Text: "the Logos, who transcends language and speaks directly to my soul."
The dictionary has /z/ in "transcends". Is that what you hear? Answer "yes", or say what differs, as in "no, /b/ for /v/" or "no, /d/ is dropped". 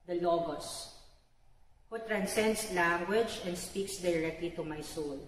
no, /s/ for /z/